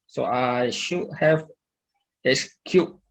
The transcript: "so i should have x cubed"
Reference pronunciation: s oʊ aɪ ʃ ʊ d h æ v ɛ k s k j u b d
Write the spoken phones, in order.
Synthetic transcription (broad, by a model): s oʊ aɪ ʃ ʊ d h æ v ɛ s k j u